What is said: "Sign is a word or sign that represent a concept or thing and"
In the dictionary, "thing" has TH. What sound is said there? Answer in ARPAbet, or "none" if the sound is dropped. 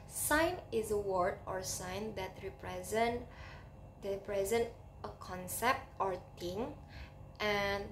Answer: T